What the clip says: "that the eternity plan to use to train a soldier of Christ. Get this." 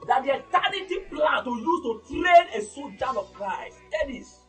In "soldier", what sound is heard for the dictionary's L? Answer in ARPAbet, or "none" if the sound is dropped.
none